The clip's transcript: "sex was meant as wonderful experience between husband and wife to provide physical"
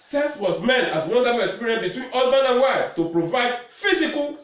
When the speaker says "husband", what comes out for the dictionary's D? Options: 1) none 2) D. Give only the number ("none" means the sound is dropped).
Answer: 1